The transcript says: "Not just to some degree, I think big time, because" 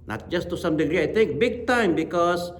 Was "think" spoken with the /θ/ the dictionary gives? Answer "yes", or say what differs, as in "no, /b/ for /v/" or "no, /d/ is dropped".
no, /t/ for /θ/